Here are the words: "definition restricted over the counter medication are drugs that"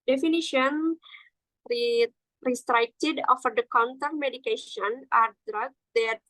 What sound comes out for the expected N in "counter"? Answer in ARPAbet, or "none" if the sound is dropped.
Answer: N